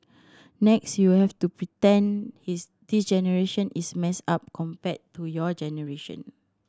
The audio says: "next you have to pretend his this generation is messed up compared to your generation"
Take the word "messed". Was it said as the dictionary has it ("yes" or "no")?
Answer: no